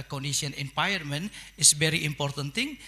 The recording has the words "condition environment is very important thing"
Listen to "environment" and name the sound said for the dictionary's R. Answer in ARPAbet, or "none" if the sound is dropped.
none